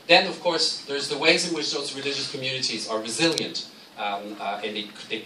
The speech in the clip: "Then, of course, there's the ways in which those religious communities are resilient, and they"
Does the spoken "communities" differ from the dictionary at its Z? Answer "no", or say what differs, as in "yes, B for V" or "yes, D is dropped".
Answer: no